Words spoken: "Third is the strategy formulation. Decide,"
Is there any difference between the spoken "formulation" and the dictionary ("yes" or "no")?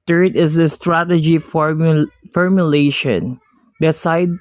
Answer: no